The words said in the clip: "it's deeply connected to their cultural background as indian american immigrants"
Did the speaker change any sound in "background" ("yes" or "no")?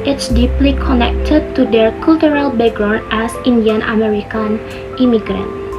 yes